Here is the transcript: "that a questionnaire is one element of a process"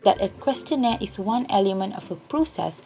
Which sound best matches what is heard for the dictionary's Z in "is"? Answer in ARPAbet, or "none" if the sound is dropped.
S